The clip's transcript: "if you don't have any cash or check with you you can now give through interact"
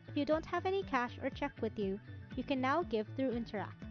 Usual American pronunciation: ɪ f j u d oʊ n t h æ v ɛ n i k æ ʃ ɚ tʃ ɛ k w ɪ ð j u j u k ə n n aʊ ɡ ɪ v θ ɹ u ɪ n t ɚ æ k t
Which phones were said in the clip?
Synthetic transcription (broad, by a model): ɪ f j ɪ d oʊ n t h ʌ v ɛ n i k æ ʃ ɚ tʃ ɛ k w ɪ ð j u j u k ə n n aʊ ɡ ɪ v θ ɹ u ɪ n t ɚ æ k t